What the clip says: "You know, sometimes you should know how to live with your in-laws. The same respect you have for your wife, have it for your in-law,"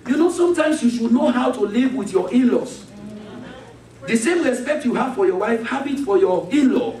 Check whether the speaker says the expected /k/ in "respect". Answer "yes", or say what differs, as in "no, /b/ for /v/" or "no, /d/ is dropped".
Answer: yes